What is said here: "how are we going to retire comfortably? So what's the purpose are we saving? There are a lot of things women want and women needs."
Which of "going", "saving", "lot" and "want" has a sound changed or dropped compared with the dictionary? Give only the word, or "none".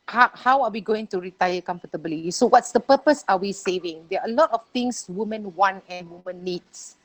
want